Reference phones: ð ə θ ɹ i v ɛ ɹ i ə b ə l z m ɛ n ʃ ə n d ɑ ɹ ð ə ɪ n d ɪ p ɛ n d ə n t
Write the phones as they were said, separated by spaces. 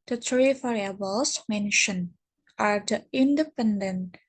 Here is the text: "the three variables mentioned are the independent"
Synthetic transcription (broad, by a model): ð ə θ ɹ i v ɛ ɹ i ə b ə l s m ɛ n ʃ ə n ɑ ɹ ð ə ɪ n d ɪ p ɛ n d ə n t